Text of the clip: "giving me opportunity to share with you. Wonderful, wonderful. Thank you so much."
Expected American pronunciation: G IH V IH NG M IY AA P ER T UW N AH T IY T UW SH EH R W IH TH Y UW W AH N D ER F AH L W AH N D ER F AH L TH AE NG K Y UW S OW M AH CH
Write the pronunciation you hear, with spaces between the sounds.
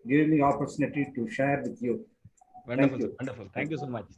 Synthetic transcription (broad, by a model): G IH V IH M IY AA P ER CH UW N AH T IY T UW SH EH R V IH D Y UW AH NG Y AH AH N D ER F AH L T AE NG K Y UW S OW M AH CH